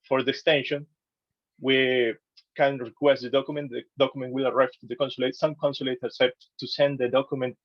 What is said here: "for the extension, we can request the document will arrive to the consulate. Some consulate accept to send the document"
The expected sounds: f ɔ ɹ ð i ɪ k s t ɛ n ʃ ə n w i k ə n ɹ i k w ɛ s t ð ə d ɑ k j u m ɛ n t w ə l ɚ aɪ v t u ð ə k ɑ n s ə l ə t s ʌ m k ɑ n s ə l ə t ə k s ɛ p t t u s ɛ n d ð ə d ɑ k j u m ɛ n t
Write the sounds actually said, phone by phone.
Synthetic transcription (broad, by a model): f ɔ ɹ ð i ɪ k s t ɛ n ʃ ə n w i k ə n ɹ i k w ɛ s t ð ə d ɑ k j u m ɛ n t w ə l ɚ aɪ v t u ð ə k ɑ n s ə l ə t s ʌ m k ɑ n s ə l ə t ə s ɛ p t t u s ɛ n d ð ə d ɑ k j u m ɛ n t